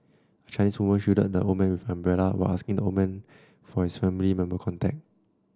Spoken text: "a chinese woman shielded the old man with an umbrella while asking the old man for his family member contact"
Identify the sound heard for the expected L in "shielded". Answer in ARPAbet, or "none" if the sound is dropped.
none